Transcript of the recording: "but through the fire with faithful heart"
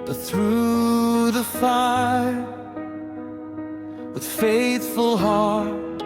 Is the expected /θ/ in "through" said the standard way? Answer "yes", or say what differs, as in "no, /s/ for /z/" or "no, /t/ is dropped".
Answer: yes